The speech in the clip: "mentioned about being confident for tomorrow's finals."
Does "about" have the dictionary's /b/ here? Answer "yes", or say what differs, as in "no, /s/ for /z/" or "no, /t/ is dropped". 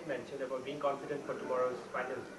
no, /b/ is dropped